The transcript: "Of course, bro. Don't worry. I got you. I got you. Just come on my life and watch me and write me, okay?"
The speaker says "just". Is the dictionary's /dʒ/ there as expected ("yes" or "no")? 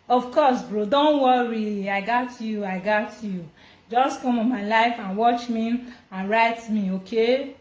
yes